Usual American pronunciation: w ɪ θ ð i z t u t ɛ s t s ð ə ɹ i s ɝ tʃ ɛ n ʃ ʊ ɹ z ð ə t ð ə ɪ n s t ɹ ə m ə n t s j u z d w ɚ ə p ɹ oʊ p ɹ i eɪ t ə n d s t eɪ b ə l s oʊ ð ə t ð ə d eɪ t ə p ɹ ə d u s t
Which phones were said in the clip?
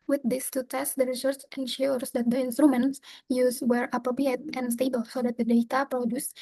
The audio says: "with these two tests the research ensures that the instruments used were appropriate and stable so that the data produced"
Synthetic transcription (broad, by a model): w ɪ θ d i s t u t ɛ s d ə ɹ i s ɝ s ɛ n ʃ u ɹ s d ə t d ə ɪ n s t ɹ ə m ə n t s j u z w ɚ ə p ɹ oʊ p ɹ i eɪ t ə n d s t eɪ b ə l s oʊ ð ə t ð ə d eɪ t ə p ɹ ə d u s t